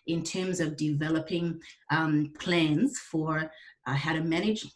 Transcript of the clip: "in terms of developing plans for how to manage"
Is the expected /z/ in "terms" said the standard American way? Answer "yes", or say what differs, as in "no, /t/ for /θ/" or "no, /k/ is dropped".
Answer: yes